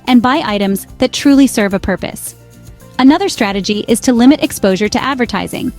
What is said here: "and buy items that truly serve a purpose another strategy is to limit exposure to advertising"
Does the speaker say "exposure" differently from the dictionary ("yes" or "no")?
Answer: no